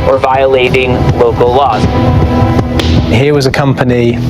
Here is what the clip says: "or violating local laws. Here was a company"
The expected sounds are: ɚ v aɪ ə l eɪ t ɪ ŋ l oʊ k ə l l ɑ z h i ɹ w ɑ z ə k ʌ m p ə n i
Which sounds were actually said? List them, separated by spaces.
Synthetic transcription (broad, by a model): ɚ v aɪ ə l eɪ t ɪ ŋ l oʊ k ə l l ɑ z h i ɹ w ɑ z ə k ʌ m p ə n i